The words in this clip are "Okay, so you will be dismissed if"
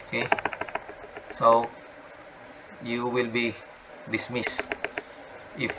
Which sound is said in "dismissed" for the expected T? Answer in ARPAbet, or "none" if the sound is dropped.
none